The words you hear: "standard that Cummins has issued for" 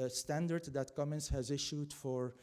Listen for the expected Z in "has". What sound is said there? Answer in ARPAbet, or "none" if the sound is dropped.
Z